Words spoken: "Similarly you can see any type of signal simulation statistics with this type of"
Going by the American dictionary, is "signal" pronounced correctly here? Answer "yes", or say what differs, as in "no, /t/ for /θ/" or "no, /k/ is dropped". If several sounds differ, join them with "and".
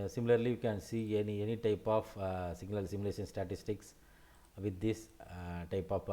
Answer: no, /l/ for /n/